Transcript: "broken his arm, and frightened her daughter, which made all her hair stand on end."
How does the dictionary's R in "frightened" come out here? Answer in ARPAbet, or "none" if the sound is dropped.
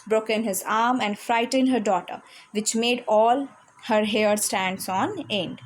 R